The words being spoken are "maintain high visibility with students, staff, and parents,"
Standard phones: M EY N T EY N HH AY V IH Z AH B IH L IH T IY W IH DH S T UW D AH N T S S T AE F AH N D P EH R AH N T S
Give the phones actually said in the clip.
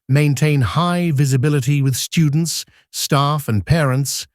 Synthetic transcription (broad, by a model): M EY N T EY N HH AY V IH Z AH B IH L IH T IY W IH DH S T UW D N T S S T AE F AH N P EH R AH N T S